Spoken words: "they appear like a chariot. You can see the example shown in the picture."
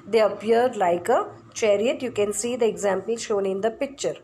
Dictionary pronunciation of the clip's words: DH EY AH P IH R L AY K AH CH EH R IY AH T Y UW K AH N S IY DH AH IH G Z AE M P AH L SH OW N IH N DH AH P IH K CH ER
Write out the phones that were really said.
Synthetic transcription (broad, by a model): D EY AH P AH R L AY K AH CH EH R IY AH T Y UW K AH N S IY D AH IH G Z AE M P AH L SH OW N IH N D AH P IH K CH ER